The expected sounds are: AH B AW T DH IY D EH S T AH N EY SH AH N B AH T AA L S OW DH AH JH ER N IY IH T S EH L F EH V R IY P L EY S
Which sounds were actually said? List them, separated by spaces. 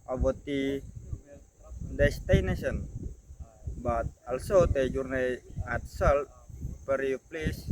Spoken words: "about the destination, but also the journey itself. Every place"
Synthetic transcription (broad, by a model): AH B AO T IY D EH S T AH N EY S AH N B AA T AA L S OW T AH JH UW N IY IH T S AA L P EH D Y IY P L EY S